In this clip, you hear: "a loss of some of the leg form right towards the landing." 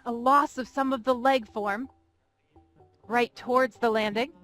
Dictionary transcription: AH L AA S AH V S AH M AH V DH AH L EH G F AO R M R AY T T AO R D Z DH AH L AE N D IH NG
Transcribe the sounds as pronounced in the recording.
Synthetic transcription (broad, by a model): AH L AA S AH V S AH M AH V DH AH L EH G F AO R M R AY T T AO R D Z DH AH L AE N D IH NG